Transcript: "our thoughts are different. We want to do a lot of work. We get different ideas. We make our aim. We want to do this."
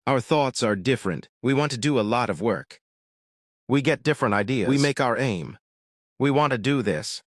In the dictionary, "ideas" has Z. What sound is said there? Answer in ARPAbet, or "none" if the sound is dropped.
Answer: none